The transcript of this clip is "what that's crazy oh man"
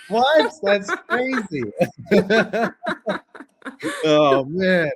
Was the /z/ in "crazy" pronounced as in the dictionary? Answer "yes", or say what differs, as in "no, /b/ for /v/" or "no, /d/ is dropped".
yes